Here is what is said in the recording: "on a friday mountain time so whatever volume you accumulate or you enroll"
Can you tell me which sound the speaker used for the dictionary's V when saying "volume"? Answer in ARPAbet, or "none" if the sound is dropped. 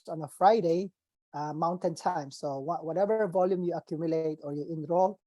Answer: V